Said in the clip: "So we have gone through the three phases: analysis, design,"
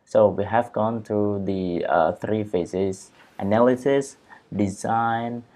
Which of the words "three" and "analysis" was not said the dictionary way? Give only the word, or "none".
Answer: none